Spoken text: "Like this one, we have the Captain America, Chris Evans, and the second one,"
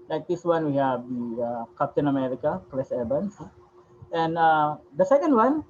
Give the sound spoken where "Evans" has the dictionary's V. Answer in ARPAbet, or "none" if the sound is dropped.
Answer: B